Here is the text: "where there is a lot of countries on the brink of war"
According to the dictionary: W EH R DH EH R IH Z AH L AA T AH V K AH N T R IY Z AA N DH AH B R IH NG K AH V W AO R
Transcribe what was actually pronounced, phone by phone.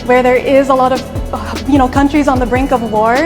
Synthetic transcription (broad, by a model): W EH R DH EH R IH Z AH L AA T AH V K AH N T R IY Z N DH AH B R IH NG K AH V W AO R